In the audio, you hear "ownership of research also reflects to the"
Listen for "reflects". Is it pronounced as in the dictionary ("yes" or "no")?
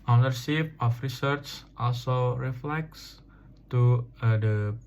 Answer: yes